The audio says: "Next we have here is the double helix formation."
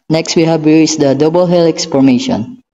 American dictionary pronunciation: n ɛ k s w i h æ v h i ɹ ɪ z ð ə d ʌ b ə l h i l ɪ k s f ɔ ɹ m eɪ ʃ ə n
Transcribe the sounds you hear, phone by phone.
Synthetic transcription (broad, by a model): n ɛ k s w i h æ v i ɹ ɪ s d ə d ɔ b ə l h i l ɪ k s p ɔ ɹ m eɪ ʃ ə n